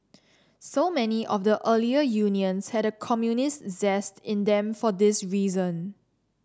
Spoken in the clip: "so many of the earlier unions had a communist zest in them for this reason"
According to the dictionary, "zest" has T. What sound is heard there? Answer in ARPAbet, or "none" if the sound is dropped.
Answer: T